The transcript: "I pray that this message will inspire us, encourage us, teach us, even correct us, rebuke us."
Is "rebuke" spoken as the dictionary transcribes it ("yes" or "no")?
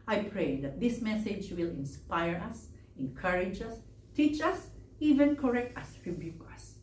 yes